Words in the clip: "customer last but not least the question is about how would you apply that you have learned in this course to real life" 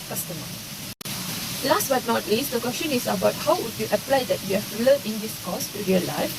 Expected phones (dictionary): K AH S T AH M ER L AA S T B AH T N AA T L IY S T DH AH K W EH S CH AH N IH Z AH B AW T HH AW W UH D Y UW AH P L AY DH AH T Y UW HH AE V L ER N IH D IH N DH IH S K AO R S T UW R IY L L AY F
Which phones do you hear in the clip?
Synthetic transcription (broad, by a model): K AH S T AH M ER L AA S T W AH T N AA T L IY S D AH K W EH S CH AH N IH S AH B AW T HH AW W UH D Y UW AH P L AY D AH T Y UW HH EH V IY L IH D IH N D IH S K AO S T UW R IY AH L AY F